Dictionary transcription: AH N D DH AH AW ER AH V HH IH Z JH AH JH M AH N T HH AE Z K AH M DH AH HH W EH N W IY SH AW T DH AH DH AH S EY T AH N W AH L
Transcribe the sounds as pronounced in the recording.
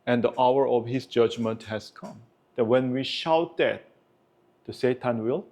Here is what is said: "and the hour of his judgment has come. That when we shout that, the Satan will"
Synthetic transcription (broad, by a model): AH N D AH AW ER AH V HH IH S JH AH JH M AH N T HH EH S K AH M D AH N W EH N W IY SH AW T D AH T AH S EY T AH N W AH L